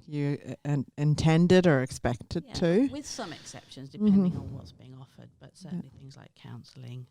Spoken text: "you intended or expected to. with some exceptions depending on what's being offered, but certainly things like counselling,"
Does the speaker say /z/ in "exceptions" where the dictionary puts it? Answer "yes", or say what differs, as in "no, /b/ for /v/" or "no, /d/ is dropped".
yes